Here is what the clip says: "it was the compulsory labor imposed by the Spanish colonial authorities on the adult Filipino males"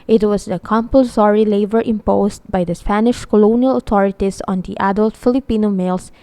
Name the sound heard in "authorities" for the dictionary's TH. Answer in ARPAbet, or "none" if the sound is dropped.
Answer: T